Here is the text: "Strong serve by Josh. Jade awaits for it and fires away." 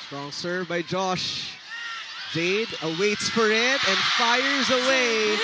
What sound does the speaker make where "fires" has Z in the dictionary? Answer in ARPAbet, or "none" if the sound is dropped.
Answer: Z